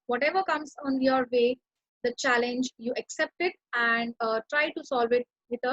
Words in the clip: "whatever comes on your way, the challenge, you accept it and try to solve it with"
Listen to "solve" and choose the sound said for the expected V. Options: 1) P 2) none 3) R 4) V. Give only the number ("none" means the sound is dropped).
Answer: 4